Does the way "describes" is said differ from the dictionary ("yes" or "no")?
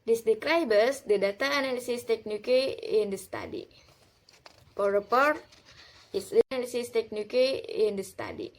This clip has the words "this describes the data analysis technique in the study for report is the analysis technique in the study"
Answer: yes